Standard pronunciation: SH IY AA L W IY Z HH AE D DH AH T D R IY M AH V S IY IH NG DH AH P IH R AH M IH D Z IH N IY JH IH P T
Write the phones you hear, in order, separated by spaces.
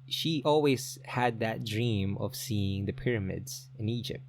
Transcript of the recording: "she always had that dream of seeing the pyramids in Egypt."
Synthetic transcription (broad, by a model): SH IY AA L W IY Z HH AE D DH AH T D R IY M AH V S IY IH NG DH AH P IH R AH M IH D Z IH N IY JH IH P T